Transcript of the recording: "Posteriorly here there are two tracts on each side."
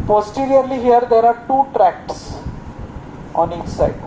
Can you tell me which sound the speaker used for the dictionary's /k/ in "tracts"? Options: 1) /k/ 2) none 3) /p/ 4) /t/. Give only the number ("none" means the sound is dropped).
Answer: 1